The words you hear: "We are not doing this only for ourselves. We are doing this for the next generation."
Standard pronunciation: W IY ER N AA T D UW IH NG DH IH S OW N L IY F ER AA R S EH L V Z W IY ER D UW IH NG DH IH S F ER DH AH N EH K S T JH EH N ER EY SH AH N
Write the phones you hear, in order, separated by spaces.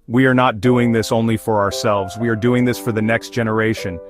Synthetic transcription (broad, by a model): W IY ER N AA T D UW IH NG DH IH S OW N L IY F ER AA R S EH L V Z W IY ER D UW IH NG DH IH S F ER DH AH N EH K S T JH EH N ER EY SH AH N